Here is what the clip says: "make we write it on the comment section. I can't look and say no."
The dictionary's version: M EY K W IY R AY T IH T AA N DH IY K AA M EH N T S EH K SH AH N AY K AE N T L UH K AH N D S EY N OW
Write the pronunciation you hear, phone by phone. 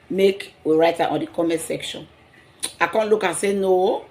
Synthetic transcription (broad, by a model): M EY K W IY R AY T IH T AA N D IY K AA M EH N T S EH K SH AH N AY K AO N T L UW K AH S EY N OW